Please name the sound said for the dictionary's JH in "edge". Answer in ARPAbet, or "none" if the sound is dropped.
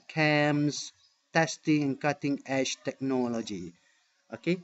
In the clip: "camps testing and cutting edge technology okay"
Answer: SH